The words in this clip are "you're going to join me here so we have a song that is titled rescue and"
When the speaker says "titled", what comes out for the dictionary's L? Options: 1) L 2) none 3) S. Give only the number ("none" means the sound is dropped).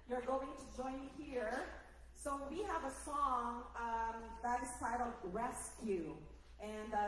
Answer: 2